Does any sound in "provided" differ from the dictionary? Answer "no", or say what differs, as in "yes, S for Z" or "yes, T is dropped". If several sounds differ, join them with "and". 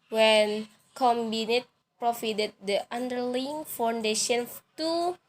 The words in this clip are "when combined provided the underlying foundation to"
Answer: yes, F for V